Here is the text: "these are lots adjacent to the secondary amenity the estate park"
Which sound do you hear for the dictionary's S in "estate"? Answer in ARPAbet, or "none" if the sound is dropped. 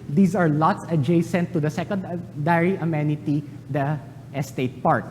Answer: S